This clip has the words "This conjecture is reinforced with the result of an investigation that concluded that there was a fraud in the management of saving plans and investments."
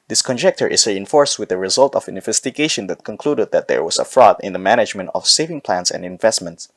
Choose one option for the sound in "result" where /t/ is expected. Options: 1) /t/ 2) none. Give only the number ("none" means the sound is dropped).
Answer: 1